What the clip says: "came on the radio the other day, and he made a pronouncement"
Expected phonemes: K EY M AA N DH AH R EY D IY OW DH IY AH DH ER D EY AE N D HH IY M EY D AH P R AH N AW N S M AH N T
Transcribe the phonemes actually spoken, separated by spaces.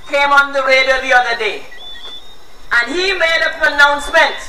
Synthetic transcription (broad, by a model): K EY M AA N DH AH W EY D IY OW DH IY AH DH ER D EY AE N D HH IY M EY D AH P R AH N AW N S M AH N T